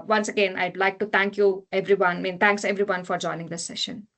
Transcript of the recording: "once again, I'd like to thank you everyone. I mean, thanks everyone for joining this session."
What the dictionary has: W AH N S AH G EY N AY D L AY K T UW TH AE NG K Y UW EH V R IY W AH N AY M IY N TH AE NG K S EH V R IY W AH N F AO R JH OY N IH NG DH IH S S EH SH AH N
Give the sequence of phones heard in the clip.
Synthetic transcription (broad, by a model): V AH N S AH G EY N AY D L AY K T UW T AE NG K Y UW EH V R IY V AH N M IY N T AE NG K S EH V R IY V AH N F AO R JH OY N IH NG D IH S S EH SH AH N